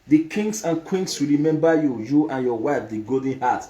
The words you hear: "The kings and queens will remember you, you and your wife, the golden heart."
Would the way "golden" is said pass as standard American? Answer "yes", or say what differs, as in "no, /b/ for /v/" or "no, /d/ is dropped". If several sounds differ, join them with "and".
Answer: no, /l/ is dropped